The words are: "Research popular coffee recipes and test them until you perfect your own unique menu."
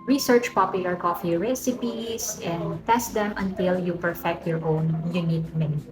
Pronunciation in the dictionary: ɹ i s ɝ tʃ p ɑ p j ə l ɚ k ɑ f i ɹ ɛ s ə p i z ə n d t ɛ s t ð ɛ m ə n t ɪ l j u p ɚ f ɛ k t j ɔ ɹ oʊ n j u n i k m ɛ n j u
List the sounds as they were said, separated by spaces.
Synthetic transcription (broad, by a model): ɹ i s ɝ tʃ p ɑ p j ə l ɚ k ɑ f i ɹ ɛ s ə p i s ə n d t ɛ s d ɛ m ə n t ɪ l j u p ɚ f ɛ k t j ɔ ɹ oʊ n j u n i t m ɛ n